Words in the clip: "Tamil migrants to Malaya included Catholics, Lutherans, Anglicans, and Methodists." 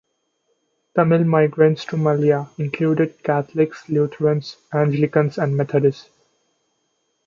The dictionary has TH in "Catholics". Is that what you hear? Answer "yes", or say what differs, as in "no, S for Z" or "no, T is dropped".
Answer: no, T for TH